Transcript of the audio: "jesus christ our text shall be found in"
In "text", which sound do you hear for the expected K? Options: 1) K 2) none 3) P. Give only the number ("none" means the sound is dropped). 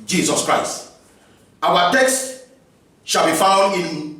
1